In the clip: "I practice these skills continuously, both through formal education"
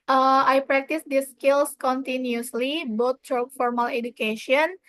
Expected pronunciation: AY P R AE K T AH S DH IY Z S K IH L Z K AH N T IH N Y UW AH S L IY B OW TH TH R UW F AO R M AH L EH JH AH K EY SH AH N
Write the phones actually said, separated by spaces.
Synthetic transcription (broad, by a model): AY P R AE K T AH S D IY S K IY L S K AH N T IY N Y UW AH S L IY B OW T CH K F AO R M AH L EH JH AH K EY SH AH N